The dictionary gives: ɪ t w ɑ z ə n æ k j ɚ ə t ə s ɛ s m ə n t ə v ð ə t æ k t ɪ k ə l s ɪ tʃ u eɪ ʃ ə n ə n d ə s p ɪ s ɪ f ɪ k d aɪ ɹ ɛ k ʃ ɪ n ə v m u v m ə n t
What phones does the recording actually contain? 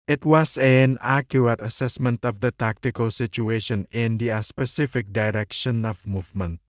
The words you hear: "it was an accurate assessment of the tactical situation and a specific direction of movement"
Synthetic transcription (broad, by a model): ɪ t w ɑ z ə n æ k j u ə t ə s ɛ s m ə n t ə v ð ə t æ k t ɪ k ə l s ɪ tʃ u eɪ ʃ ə n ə n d ə s p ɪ s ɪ f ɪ k d aɪ ɹ ɛ k ʃ ɪ n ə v m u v m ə n t